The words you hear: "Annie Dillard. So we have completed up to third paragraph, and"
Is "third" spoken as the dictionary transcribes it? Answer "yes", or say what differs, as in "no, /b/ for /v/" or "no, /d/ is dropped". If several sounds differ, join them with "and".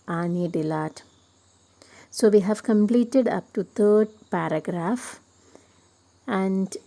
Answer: no, /t/ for /θ/